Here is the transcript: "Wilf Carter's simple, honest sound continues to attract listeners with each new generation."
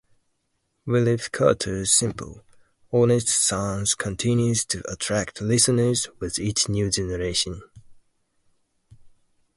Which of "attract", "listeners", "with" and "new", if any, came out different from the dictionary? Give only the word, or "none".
none